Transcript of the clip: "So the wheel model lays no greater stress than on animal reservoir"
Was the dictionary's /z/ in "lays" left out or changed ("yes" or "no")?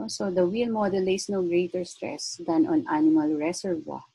yes